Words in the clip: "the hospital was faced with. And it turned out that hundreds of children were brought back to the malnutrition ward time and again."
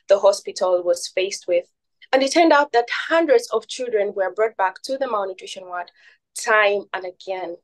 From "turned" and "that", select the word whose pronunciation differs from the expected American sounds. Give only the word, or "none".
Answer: none